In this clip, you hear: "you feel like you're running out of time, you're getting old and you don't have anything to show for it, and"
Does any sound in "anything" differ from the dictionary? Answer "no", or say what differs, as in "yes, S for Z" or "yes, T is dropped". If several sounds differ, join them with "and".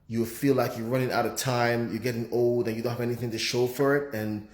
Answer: no